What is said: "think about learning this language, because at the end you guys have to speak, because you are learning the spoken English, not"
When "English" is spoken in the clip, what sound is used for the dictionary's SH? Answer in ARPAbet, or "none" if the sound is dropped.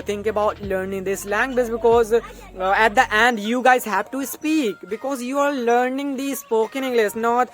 S